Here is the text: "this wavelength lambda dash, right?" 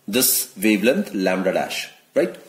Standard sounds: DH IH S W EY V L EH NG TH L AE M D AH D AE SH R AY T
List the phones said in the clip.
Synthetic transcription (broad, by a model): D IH S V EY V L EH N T L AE M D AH D AE SH R AY T